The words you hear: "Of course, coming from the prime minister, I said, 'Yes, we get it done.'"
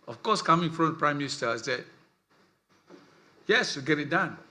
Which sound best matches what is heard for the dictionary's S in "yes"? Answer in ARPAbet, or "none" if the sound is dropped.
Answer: S